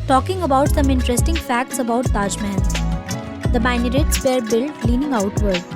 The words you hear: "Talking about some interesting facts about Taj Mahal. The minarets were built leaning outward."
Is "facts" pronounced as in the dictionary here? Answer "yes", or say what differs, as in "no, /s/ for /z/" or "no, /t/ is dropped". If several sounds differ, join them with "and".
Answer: yes